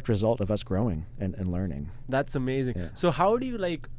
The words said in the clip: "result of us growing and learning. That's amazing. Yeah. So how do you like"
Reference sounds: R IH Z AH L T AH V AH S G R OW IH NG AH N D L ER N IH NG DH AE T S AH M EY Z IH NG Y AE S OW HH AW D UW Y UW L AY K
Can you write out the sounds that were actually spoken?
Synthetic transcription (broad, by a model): R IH Z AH L T AH V AH S G R OW IH NG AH N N L ER N IH NG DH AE T S AH M EY Z IH NG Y S OW HH AW D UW Y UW L AY K